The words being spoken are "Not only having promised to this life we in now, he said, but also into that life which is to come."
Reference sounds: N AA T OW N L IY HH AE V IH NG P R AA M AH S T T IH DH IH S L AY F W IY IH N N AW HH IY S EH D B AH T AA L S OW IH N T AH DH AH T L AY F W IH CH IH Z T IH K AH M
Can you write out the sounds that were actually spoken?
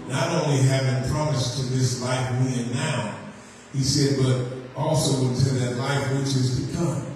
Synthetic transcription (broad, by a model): N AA T OW N L IY HH AE V IH NG P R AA M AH S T T IH DH IH S L AY F W IY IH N N AW HH IY S EH D B AH T AA L S OW IH N T AH DH AH T L AY F W IH CH IH Z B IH K AH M